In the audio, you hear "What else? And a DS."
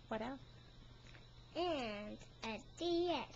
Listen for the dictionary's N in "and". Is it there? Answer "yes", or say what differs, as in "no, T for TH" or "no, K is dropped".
yes